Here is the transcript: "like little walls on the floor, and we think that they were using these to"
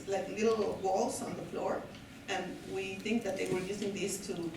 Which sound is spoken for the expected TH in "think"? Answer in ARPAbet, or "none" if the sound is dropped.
TH